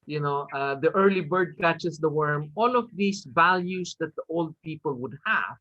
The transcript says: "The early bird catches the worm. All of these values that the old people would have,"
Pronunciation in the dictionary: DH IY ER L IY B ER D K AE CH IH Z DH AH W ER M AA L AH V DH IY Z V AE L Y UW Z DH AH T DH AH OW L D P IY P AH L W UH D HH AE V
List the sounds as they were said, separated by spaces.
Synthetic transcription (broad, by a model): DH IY ER L IY B ER D K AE CH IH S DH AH W ER M AA L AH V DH IY S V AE L Y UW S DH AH T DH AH OW L D P IY P AH L W UH D HH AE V